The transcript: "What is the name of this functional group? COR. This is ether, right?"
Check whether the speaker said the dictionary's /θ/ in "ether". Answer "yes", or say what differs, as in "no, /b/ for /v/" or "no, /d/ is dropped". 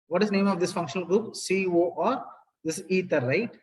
no, /t/ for /θ/